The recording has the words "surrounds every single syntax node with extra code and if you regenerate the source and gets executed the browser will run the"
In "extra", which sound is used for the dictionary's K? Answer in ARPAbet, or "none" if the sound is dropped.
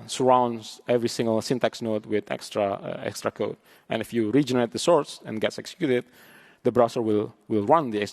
K